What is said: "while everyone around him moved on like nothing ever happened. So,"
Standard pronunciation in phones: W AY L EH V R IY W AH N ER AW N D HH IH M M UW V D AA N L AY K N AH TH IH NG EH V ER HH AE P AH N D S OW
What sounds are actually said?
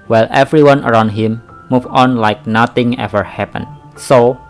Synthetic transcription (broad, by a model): W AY L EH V R IY W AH N ER AW N D HH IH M M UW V AA N L AY K N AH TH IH NG EH V ER HH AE P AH N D S OW